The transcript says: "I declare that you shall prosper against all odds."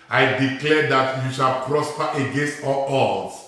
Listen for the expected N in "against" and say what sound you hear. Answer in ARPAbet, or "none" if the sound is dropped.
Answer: N